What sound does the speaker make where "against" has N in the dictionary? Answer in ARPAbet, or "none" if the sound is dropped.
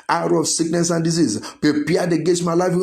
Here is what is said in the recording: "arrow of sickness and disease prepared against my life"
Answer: none